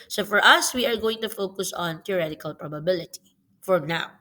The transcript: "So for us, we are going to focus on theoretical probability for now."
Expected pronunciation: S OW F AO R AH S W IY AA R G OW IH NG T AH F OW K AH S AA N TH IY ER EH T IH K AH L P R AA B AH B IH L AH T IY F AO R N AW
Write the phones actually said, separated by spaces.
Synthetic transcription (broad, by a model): S OW F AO R AH S W IY AA R G OW IH NG T AH F OW K AH S AA N T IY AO EH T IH K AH L P R AA B AH B IH L AH T IY F AO R N AW